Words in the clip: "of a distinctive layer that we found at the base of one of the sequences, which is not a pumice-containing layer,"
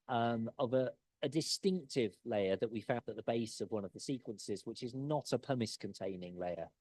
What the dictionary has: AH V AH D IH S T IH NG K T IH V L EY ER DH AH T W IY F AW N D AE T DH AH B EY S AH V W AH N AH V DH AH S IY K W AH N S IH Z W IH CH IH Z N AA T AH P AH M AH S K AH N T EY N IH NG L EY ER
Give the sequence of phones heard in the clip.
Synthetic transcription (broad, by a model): AH V AH D IH S T IH NG K T IH V L EY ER DH AH T W IY F AW N D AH T DH AH B EY S AH V W AH N AH V DH AH S IY K W AH N S IH Z W IH CH IH Z N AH T AH P AH M AH S K AH N T EY N IH NG L EY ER